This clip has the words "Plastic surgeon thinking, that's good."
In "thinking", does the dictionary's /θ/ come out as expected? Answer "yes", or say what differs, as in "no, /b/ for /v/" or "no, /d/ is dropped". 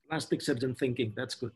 yes